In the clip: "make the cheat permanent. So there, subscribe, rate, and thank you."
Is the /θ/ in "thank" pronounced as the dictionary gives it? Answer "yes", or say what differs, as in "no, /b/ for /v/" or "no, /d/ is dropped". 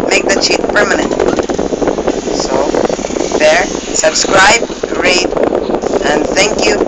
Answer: yes